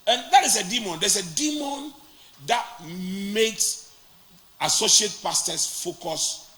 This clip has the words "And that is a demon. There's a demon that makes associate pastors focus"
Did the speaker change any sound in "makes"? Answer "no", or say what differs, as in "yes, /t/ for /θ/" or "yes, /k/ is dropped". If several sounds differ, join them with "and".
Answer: no